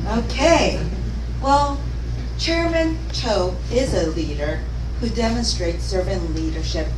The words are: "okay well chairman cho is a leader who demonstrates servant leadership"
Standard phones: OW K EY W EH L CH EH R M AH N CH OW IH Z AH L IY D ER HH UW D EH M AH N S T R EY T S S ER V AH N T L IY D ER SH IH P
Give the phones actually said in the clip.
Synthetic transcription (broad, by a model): OW K EY W EH L CH EH R M AH N CH OW IH Z AH L IY D ER HH UW D EH M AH N S T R EY T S S ER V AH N L IY D ER SH IH P